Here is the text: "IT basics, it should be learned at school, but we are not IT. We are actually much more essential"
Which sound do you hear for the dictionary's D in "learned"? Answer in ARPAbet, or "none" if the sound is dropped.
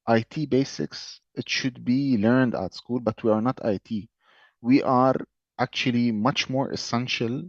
D